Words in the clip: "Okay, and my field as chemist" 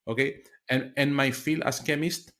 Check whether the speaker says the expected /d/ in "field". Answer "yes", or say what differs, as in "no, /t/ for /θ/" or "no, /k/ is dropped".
no, /d/ is dropped